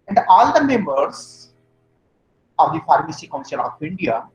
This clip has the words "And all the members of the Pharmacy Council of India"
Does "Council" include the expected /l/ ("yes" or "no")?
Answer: no